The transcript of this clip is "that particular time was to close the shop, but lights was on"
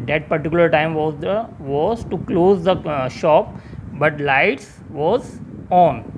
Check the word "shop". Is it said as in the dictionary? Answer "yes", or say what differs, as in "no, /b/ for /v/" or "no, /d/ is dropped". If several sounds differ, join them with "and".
yes